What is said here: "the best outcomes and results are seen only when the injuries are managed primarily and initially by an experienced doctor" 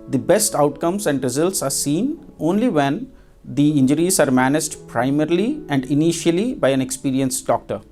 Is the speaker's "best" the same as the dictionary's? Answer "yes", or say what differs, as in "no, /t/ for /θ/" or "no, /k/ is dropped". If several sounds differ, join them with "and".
yes